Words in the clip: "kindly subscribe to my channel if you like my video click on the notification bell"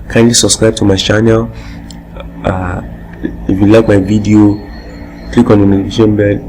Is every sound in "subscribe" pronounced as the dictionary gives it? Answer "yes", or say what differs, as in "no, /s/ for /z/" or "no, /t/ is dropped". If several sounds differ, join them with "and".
yes